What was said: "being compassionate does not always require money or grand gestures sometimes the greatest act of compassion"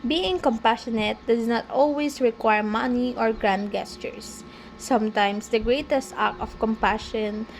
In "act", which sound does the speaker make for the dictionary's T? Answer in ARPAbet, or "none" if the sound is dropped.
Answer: none